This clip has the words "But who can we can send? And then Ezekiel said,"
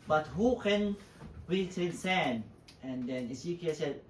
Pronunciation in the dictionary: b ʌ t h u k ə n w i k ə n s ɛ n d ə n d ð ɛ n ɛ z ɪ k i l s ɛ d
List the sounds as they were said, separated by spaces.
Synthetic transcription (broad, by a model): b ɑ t h u k ə n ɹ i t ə n s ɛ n ə n d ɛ n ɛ s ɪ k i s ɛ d